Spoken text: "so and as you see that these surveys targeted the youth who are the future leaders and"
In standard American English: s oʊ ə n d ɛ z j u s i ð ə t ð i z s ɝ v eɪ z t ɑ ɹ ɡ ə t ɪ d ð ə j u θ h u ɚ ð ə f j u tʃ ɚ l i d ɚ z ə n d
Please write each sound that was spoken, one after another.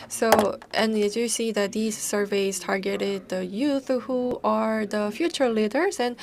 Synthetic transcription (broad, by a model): s oʊ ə n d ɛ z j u s i ð ə t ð i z s ɝ v eɪ z t ɑ ɹ ɡ ə t ɪ d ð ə j u θ h u ɚ ð ə f j u tʃ ɚ l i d ɚ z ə n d